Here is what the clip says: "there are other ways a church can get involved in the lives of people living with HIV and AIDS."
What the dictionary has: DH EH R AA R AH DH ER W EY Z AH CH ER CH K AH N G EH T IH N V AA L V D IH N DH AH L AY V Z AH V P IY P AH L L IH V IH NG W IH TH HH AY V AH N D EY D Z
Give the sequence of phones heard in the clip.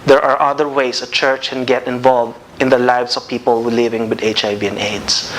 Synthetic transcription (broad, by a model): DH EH R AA R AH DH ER W EY S AH CH ER CH K AH N G EH T IH N V AA L V D IH N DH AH L AY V S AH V P IY P AH L L IH V IH NG W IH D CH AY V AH N EY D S